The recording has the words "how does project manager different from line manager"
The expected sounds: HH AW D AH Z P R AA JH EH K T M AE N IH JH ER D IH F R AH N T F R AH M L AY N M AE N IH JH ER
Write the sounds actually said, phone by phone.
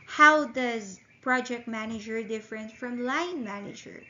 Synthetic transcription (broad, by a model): HH AW D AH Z P R AA JH EH K T M AE N IH JH ER D IH F R AH N T F R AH M L AY N M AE N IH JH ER